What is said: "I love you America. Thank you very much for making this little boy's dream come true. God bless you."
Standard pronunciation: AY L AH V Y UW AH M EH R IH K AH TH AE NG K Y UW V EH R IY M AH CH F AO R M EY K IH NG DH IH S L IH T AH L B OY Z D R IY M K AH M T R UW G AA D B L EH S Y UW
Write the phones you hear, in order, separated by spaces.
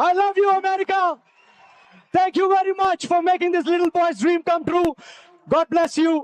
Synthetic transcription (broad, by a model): AY L AH V Y UW AH M EH R IH K AH T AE NG K Y UW V EH R IY M AH CH F AO R M EY K IH NG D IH S L IH T AH L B OY S D R IY M K AH M T R UW G AA D B L EH S Y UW